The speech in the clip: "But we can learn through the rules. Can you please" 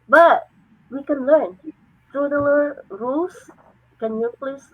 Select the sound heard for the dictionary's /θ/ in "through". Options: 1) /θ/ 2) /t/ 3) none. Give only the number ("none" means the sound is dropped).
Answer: 2